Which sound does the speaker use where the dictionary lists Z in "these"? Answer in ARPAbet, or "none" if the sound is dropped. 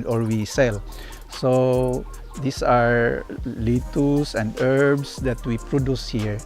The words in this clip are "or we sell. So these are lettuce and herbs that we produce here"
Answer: S